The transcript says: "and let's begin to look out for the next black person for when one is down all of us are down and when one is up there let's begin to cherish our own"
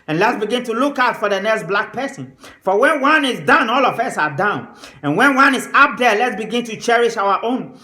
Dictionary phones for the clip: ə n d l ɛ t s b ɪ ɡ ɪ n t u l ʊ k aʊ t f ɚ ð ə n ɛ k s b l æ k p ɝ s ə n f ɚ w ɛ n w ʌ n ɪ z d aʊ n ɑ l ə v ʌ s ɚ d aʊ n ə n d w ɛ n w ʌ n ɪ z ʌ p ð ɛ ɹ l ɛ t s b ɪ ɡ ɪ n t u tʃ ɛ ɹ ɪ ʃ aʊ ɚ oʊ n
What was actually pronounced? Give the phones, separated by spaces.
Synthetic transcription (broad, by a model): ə n l ɛ t s b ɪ ɡ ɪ n t u l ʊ k aʊ t f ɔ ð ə n ɛ k s b l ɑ k p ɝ s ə n f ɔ w ɛ n w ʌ n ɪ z d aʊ n ɑ l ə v ʌ s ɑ d aʊ n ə n w ɛ n w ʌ n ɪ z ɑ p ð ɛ l ɛ t s b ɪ ɡ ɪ n t u tʃ ɛ ɹ ɪ ʃ aʊ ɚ oʊ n